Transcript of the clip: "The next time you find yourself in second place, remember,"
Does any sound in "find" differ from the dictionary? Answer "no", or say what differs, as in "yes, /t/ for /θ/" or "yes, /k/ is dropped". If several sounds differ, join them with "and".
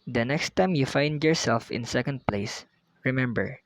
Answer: no